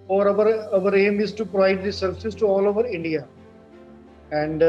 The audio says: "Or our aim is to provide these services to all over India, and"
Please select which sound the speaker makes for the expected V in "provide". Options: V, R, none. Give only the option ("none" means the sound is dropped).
V